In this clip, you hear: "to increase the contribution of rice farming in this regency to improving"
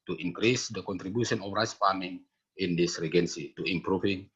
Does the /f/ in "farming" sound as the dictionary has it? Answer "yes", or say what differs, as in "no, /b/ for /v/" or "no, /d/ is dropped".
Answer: no, /p/ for /f/